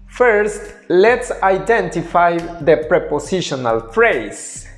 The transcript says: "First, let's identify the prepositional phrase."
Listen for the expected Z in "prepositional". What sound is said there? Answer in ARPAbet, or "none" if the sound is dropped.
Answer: S